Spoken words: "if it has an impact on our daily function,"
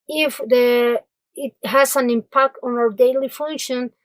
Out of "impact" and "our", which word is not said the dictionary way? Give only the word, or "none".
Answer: none